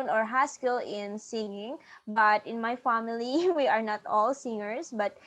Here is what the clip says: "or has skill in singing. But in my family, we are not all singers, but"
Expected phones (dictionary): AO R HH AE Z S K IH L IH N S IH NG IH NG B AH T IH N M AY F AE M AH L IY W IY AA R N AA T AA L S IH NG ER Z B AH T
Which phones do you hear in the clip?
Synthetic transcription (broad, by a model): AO R HH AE S K IH L IH N S IH NG IH NG B AH T IH N M AY F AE M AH L IY W IY AA R N AA T AA L S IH NG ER S B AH T